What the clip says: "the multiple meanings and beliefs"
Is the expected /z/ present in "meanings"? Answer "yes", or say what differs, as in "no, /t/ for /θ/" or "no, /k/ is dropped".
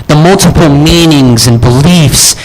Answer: yes